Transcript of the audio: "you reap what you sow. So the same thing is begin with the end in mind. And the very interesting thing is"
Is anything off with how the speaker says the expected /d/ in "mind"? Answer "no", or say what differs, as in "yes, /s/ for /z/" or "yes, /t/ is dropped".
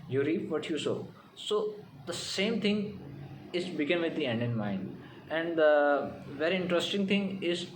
no